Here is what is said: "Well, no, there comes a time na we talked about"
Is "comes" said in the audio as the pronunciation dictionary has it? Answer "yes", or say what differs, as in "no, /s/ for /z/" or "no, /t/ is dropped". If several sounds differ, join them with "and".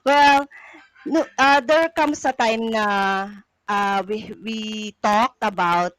no, /s/ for /z/